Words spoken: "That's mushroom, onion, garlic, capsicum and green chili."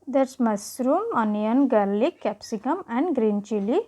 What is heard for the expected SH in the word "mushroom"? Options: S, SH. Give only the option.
S